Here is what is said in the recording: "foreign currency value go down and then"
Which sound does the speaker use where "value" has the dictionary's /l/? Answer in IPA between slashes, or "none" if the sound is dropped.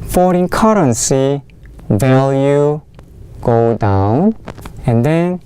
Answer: /l/